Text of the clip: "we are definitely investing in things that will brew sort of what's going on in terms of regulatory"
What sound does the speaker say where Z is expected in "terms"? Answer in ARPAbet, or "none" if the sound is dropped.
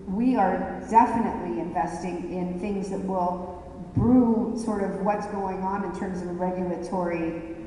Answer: Z